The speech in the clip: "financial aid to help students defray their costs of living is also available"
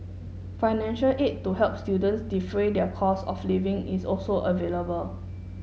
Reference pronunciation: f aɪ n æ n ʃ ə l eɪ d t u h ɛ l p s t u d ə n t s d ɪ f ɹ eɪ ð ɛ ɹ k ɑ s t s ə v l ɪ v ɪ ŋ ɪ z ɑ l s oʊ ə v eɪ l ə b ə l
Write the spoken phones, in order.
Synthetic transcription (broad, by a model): f aɪ n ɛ n ʃ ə l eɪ t u h ɛ l p s t u d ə n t s d ɪ f ɹ eɪ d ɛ k ɑ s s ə f l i v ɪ ŋ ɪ s ɑ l s oʊ ə v eɪ l ə b ə l